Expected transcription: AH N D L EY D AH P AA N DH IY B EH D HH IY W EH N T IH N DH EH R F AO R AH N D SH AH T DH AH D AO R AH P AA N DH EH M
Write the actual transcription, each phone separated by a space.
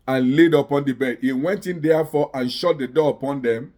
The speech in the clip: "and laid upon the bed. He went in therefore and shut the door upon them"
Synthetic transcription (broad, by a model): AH N L EY D AH P AA N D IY B EH D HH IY W EH N T IH N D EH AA F AO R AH N SH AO T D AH D AO AH P AA N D EH M